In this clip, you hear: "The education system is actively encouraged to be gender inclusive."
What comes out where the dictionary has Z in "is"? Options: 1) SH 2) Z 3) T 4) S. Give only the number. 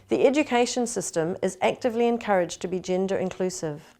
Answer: 2